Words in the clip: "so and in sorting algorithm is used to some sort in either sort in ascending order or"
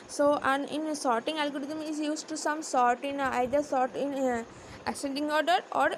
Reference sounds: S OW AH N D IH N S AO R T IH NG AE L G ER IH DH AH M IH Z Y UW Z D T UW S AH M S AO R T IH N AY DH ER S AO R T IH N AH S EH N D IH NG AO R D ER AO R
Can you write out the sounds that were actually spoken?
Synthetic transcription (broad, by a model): S OW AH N IH N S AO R T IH NG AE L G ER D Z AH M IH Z Y UW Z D T UW S AH M S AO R T IH N AY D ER S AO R T IH N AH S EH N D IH NG AO R D ER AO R